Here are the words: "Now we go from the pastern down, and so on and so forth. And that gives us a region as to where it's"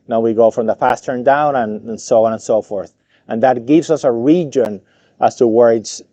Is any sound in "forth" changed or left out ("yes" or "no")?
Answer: no